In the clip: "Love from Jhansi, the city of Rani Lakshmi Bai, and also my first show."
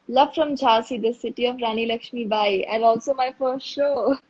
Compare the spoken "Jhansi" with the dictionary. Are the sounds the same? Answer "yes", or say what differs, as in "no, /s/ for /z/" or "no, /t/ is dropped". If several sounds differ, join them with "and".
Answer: no, /n/ is dropped